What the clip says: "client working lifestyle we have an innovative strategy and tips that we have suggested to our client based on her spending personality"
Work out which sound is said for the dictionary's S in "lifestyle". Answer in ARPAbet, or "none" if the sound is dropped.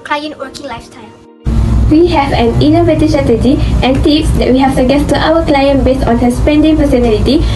none